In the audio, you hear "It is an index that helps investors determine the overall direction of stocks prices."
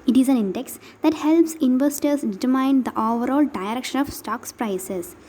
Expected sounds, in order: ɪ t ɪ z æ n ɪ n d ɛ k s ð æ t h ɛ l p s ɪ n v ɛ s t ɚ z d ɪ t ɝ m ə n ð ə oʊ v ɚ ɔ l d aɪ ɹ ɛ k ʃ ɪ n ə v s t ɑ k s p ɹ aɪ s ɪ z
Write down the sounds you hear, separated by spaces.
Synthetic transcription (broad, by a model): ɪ t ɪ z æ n ɪ n d ɛ k s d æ t h ɛ l p s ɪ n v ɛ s t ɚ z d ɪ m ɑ ə n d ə oʊ v ɚ ɔ l d aɪ ɹ ɛ k ʃ ɪ n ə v s t ɑ k s p ɹ aɪ s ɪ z